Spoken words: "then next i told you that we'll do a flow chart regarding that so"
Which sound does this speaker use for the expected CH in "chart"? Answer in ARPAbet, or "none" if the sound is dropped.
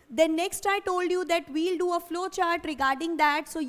CH